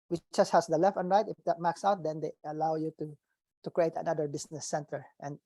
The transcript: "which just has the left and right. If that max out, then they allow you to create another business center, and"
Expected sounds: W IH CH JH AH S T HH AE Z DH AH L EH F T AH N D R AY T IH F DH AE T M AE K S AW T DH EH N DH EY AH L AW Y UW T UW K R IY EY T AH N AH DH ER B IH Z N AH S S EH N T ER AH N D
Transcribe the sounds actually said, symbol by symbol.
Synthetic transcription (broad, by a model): W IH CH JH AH S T HH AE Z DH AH L EH F T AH N R AY T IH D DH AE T M AE K S AW T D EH N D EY AH L AW Y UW T UW K R IY EY T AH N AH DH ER B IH S N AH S S EH N T ER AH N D